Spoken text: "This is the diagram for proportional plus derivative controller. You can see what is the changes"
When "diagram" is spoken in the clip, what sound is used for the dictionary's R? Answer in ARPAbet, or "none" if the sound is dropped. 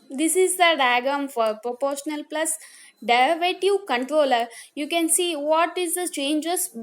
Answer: none